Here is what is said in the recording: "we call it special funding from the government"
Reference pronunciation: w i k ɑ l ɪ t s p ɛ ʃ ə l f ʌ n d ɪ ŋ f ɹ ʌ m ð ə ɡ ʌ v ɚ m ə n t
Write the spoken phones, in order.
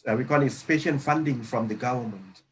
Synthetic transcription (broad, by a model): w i k ɑ l ɪ t s p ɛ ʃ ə n f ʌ n d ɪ ŋ f ɹ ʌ m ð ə ɡ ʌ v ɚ m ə n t